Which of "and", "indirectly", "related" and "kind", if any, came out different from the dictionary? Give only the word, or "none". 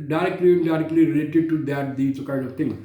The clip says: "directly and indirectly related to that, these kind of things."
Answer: indirectly